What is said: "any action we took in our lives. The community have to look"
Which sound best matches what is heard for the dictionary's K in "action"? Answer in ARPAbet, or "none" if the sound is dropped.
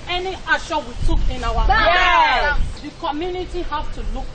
none